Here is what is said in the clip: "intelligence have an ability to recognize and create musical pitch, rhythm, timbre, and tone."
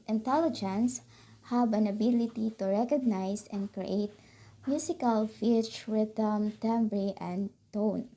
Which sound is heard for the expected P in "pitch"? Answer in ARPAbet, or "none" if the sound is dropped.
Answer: F